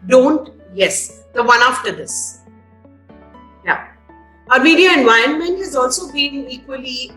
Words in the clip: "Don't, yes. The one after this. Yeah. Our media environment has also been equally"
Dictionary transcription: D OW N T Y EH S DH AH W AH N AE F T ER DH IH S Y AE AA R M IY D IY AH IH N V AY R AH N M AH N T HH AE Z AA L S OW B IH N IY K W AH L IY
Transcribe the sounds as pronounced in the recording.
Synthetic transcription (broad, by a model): D OW N T Y EH S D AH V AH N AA F T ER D IH S Y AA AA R M IY D IY AH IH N V AY AH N M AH N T HH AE Z AA L S OW B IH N IY K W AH L IY